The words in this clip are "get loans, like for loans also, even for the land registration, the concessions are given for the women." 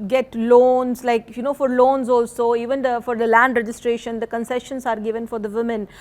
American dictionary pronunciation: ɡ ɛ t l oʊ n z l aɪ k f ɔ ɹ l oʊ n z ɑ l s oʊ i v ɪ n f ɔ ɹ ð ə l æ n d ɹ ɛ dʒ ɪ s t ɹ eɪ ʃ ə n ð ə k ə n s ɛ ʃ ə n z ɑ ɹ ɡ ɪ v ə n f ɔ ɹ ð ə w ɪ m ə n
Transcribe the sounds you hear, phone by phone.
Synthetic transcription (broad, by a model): ɡ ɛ t l oʊ n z l aɪ k f ɔ ɹ l oʊ n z ɑ l s oʊ i v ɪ n f ɔ ɹ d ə l æ n d ɹ ɛ dʒ ɪ s t ɹ eɪ ʃ ə n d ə k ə n s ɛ ʃ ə n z ɑ ɹ ɡ ɪ v ə n f ɔ ɹ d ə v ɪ m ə n